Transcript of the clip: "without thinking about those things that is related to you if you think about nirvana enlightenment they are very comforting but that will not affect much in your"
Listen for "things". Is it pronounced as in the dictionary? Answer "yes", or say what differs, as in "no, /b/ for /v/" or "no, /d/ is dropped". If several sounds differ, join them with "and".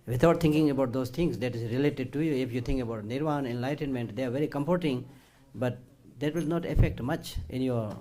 no, /t/ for /θ/